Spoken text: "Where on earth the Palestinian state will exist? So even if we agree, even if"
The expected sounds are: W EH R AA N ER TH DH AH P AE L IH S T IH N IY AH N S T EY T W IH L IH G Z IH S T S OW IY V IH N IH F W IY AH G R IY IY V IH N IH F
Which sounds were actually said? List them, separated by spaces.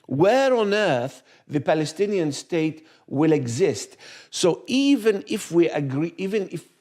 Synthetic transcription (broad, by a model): W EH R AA N ER TH DH AH P AE L IH S T IH N IY AH N S T EY T W IH L IH G Z IH S T S OW IY V IH N IH F W IY AH G R IY IY V IH N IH F